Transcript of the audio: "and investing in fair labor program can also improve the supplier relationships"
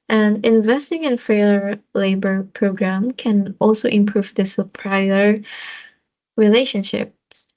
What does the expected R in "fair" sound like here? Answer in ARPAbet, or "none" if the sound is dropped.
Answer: L